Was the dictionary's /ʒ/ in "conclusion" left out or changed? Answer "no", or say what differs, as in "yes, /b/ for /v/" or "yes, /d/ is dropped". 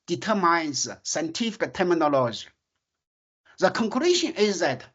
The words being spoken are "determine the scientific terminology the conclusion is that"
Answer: yes, /ʃ/ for /ʒ/